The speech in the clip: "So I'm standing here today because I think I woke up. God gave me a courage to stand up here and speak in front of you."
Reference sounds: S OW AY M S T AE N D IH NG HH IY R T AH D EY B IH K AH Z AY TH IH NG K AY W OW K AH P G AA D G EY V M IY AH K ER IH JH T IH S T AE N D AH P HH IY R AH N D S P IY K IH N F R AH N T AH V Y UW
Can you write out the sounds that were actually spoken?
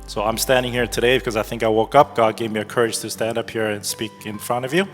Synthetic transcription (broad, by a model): S OW AY M S T AE N D IH NG HH IY R T AH D EY B IH K AH Z AY TH IH NG K AY W OW K AH P G AA D G EY V M IY AH K ER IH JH T IH S T AE N D AH P HH IY R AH N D S P IY K IH N F R AH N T AH V Y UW